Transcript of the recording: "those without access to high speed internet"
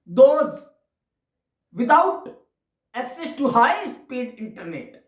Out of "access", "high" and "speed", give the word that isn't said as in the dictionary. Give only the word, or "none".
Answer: access